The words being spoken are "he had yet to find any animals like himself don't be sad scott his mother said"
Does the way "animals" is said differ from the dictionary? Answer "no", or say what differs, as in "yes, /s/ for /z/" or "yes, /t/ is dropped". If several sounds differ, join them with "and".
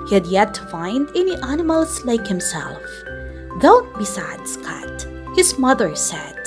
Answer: yes, /s/ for /z/